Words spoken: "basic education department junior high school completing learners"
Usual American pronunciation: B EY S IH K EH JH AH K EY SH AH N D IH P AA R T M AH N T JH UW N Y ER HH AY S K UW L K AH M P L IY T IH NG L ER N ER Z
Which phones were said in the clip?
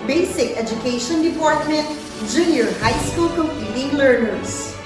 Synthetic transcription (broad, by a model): B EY S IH K EH JH AH K EY SH AH N D IH P AA R T M AH N T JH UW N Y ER HH AY S K UW L K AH M P IY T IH NG L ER N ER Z